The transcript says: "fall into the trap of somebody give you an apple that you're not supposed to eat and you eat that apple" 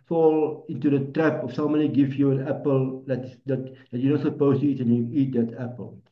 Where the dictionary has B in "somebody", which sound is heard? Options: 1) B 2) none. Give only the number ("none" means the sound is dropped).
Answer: 2